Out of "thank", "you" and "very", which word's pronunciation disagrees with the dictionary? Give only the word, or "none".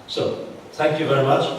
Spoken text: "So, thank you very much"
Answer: thank